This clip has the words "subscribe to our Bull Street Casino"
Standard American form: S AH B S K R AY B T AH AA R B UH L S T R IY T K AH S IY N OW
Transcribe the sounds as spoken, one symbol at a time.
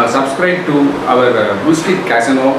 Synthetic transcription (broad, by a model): S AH B S K R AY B T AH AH R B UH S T IY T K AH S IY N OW